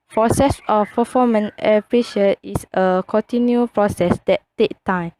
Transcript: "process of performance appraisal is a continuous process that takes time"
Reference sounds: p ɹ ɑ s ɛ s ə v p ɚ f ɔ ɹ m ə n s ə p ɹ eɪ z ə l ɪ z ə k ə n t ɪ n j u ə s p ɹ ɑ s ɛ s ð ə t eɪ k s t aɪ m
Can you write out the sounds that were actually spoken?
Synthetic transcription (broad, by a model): p ɹ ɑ s ɛ s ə f p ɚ f ɔ m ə n ə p ɹ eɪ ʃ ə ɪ s ə k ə n t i n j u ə p ɹ ɑ s ɛ s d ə t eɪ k t aɪ m